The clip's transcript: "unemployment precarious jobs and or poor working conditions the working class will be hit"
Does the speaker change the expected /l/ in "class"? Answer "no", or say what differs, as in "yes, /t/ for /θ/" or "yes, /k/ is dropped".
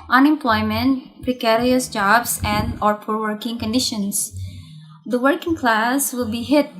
no